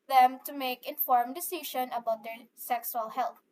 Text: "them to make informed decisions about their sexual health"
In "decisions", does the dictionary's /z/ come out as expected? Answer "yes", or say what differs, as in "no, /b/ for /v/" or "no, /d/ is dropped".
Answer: no, /z/ is dropped